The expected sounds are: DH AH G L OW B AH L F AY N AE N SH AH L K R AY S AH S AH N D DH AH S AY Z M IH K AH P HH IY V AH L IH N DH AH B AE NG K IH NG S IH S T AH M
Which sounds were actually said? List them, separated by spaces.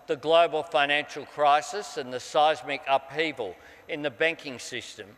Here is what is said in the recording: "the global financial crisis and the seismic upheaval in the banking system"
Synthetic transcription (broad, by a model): DH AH G L OW B AH L F AY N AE N SH L K R AY S AH S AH N DH AH S AY Z M IH K AH P HH IY V AH L IH N DH AH B AE NG K IH NG S IH S T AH M